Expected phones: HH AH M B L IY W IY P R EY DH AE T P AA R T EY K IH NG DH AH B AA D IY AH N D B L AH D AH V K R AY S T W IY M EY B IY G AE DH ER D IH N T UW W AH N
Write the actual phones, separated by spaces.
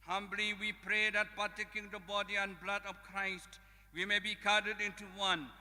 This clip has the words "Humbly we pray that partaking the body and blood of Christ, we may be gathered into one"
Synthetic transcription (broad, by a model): HH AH M B L IY W IY P R EY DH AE T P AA T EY K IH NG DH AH B AA D IY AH N B L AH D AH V K R AY S T W IY M EY B IY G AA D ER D IH N T UW W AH N